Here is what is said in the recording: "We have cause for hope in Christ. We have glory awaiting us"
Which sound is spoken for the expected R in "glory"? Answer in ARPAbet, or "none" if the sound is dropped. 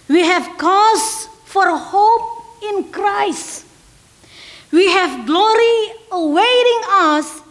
R